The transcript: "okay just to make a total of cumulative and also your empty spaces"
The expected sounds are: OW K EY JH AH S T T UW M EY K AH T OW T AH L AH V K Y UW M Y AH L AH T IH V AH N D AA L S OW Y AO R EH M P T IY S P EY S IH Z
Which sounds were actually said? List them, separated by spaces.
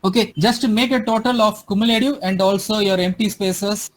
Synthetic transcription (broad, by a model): OW K EY JH AH S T T UW M EY K AH T OW T AH L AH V K Y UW M Y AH L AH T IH AH N D AA L S OW Y AO R EH M P T IY S P EY S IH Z